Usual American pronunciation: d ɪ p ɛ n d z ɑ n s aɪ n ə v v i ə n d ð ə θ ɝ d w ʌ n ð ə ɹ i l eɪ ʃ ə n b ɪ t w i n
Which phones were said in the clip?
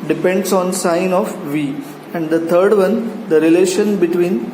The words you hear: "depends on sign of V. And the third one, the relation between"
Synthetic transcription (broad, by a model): d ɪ p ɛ n d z ɑ n s aɪ n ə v v i ə n d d ə t ɝ d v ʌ n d ə ɹ i l eɪ ʃ ə n b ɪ t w i n